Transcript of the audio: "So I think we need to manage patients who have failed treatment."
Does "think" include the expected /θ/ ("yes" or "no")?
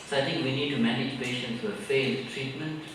no